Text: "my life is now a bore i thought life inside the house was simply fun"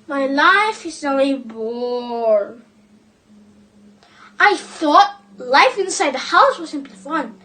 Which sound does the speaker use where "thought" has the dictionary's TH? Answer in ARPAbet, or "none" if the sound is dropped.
TH